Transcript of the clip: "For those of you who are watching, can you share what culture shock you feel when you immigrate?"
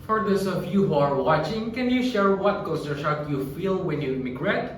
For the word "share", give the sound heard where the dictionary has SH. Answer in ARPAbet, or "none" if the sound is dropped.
SH